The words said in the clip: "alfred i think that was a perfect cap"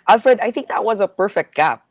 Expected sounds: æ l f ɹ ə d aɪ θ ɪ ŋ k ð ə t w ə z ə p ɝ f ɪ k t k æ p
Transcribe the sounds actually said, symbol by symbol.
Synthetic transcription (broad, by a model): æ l f ɹ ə d aɪ θ ɪ ŋ k ð ə t w ə z ə p ɝ f ɪ k t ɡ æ p